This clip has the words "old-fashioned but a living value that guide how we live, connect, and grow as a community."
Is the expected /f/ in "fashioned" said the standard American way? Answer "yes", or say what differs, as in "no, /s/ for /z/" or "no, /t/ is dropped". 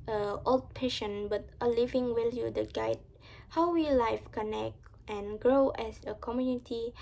no, /p/ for /f/